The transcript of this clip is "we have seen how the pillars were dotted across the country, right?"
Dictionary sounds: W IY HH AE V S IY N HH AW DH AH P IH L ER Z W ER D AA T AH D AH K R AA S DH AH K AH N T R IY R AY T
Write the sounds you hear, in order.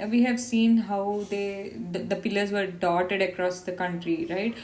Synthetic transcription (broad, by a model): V IY HH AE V S IY N HH AW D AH P IH L ER Z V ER D AA T AH D AH K R AA S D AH K AH N T R IY R AY T